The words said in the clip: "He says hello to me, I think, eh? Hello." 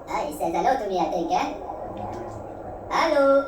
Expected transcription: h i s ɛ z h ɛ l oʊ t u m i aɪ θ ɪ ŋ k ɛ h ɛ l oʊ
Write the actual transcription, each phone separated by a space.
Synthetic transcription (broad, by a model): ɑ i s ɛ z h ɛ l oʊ t u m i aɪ t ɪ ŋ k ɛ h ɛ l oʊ